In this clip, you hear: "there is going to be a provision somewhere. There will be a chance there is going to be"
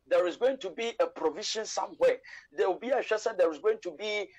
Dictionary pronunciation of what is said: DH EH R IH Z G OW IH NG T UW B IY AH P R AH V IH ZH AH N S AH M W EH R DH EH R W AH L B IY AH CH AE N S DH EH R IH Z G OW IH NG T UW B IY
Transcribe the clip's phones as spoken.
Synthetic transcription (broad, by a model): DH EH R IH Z G OW IH NG T UW B IY AH P R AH V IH SH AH N S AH M W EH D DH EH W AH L B IY AH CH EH S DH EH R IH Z G OW IH NG T UW B IY